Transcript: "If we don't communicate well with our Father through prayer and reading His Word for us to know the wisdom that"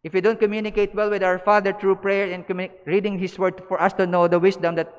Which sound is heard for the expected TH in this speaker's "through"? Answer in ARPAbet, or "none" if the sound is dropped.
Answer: T